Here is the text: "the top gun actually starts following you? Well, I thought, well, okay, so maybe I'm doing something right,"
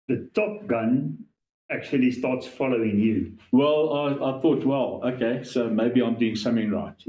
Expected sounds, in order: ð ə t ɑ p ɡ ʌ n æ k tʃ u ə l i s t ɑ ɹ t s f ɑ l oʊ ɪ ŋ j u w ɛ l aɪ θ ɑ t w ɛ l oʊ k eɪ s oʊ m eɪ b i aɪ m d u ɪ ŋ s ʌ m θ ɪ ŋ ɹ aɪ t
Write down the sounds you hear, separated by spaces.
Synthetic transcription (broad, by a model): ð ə t ɑ p ɡ ʌ n æ k tʃ u ə l i s t ɑ t s f ɑ l oʊ ɪ ŋ j u w ɛ l aɪ θ ɑ t w ɛ l oʊ k eɪ s oʊ m eɪ b i aɪ m d u ɪ ŋ s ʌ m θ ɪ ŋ ɹ aɪ t